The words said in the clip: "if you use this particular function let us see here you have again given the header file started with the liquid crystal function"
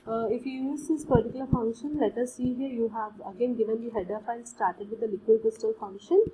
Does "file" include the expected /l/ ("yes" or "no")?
no